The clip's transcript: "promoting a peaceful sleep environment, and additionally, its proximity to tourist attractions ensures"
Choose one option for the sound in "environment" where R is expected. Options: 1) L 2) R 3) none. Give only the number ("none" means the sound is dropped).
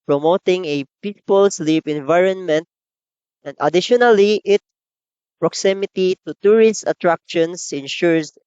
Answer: 2